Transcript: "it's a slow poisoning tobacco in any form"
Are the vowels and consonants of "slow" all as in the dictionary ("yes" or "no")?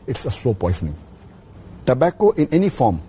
no